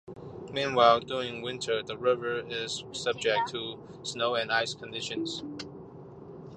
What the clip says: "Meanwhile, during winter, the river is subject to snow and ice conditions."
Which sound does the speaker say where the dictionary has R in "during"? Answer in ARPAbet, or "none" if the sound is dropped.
R